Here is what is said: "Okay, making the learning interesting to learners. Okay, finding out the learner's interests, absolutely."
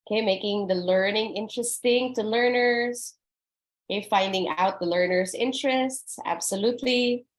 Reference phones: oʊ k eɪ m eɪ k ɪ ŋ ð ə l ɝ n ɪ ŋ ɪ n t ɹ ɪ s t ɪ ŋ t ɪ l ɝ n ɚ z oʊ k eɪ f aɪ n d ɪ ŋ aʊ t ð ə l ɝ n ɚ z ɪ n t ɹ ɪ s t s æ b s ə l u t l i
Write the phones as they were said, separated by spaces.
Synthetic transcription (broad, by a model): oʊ k eɪ m eɪ k ɪ ŋ ð ə l ɝ n ɪ ŋ ɪ n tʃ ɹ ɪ s t ɪ ŋ t ɪ l ɝ n ɚ z oʊ k eɪ f aɪ n d ɪ ŋ aʊ t ð ə l ɝ n ɚ z ɪ n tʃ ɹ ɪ s t s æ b s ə l u t l i